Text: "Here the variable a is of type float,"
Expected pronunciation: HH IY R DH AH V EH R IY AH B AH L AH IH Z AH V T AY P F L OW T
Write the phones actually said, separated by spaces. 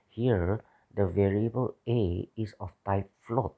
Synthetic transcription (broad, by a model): HH IY R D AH V EH R IY AH B AH L AH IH S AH F T AY P F L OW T